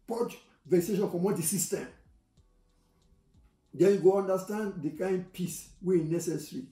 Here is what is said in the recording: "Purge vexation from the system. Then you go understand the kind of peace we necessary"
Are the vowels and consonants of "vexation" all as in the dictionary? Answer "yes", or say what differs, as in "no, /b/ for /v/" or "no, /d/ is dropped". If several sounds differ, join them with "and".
no, /k/ is dropped